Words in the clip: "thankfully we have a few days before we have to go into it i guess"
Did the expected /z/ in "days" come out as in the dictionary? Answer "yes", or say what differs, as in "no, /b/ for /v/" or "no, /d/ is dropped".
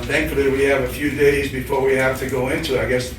yes